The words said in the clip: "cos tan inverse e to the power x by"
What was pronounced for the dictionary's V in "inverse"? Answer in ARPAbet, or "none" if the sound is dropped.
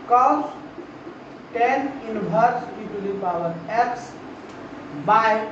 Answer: B